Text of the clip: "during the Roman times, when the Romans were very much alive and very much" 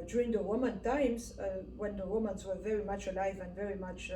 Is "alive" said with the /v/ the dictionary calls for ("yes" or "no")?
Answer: yes